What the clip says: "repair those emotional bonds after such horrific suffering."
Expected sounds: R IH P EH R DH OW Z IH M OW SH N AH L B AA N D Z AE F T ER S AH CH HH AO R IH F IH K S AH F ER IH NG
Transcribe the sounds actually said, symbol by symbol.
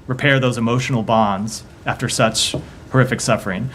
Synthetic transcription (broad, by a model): R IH P EH R DH OW Z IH M OW SH N L B AA N D Z AE F T ER S AH CH HH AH R IH F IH K S AH F ER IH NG